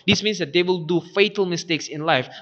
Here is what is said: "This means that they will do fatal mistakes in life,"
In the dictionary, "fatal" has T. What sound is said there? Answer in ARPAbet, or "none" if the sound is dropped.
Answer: T